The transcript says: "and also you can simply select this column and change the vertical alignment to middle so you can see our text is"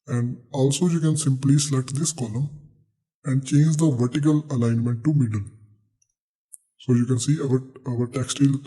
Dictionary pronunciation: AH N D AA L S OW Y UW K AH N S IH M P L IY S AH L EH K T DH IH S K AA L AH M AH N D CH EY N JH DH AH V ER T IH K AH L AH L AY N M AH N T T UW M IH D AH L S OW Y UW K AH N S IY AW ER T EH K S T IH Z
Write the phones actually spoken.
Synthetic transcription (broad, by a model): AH N D AA L S OW Y UW K AH N S IH M P L IY S L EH T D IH S K AA L AH M AH N D CH EY N JH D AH V ER T IH K AH L AH L AY N M AH N T T UW M IH D AH L S OW Y UW K AH N S IY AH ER T EH K S T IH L